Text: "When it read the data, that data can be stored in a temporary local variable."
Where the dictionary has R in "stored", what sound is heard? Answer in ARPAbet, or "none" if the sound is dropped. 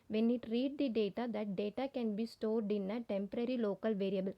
R